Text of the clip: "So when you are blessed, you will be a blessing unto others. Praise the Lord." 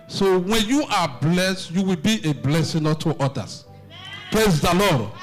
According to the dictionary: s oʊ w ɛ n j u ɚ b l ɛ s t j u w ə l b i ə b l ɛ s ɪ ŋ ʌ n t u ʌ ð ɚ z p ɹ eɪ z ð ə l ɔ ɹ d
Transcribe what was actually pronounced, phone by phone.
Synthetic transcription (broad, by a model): s oʊ w ɛ n j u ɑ b l ɛ s t j u w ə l b i ə b l ɛ s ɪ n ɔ t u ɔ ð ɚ s p ɹ eɪ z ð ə l ɔ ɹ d